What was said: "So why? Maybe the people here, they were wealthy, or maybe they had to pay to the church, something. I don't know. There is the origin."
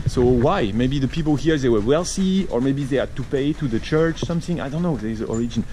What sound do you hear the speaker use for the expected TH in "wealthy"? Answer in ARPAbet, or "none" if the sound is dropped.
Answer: S